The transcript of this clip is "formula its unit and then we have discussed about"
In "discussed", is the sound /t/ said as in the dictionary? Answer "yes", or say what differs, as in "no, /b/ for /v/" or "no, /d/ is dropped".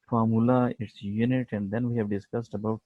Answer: yes